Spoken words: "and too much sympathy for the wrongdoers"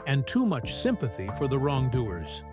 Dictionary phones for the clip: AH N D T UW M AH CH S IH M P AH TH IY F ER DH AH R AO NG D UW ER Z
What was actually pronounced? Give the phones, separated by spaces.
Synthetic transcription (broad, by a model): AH N T UW M AH CH S IH M P AH TH IY F ER DH AH R AO NG D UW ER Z